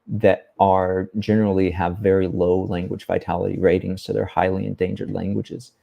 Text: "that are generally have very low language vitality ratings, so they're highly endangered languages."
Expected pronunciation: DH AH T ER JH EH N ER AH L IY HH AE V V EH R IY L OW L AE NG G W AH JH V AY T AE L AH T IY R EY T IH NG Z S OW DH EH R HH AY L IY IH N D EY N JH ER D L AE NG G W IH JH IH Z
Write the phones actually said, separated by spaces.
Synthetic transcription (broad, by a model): DH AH T ER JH EH N ER L IY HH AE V V EH R IY L OW L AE NG G W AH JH V AY T AE L AH T IY R EY T IH NG Z S OW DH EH R HH AY L IY IH N D EY N JH ER D L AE NG G W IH JH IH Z